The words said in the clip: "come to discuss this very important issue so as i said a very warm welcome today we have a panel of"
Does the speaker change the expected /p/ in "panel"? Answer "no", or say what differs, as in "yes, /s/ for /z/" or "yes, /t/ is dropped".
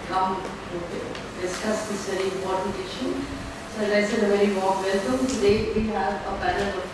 yes, /b/ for /p/